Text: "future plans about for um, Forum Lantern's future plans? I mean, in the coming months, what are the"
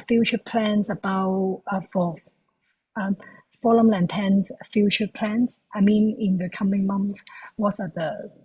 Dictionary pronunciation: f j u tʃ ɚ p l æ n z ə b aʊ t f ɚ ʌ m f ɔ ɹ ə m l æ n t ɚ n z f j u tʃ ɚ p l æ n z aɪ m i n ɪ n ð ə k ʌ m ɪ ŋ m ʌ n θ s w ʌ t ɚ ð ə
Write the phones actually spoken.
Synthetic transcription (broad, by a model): f j u tʃ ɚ p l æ n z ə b aʊ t f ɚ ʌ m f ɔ l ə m l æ n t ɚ n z f j u tʃ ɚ p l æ n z aɪ m i n ɪ n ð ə k ʌ m ɪ ŋ m ʌ n θ s w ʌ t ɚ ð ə